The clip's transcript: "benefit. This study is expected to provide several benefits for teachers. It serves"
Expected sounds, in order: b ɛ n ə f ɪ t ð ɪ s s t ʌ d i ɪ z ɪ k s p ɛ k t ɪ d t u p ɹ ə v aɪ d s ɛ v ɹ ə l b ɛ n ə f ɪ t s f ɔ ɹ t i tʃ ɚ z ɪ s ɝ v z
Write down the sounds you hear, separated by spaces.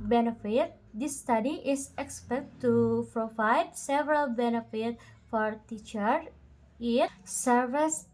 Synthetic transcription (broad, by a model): b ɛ n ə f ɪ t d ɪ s s t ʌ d i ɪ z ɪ k s p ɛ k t t u p ɹ ə v aɪ d s ɛ v ɹ ə l b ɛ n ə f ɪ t f ɔ ɹ t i tʃ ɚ ɪ s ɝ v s